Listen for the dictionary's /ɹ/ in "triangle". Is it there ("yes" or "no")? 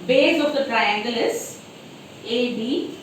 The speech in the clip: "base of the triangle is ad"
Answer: yes